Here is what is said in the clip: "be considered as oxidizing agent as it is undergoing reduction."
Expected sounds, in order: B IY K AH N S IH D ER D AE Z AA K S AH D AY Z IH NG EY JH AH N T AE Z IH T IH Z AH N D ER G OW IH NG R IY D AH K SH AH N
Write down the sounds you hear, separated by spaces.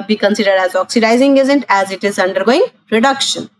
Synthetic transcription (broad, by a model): B IY K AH N S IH D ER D AE Z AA K S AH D AY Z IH NG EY Z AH N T AE Z IH T IH Z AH N D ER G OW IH NG R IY D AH K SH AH N